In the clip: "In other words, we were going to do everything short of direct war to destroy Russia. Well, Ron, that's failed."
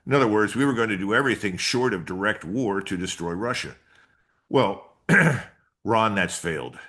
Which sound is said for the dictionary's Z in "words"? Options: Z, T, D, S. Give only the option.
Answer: Z